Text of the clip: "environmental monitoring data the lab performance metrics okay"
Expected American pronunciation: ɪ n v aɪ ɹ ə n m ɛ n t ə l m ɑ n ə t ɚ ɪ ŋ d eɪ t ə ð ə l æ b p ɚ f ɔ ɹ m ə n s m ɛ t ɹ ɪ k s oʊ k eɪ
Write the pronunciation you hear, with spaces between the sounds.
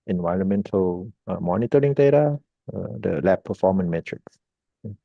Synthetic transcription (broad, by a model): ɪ n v aɪ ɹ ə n m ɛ n t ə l m ɑ n ə t ɚ ɪ ŋ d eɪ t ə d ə l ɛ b p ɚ f ɔ m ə n m ɛ t ɹ ɪ k s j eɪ